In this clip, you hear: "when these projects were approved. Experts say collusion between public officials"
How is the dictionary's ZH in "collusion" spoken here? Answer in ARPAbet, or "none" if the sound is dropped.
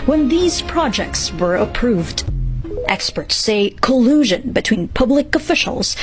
ZH